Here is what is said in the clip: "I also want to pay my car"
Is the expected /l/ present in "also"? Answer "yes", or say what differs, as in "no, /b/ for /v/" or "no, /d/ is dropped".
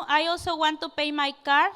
no, /l/ is dropped